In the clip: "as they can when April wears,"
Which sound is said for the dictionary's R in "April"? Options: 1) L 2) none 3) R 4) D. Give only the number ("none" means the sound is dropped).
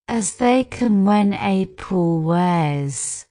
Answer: 2